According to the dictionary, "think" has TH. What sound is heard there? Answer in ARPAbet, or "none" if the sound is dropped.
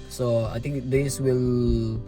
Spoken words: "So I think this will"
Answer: T